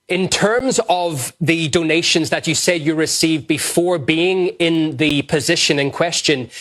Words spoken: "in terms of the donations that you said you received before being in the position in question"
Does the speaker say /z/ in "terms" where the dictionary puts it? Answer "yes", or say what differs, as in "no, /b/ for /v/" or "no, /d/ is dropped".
yes